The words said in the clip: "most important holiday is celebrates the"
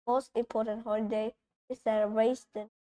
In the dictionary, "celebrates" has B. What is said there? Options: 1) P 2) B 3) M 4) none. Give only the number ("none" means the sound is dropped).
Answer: 4